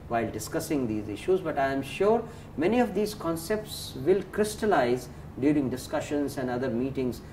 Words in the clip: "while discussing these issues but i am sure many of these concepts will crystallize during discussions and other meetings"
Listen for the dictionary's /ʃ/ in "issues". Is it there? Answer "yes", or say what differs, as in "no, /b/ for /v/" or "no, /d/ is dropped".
yes